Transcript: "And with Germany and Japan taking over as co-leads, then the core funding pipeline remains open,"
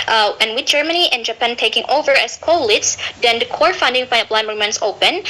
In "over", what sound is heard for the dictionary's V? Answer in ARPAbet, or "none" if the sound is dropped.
V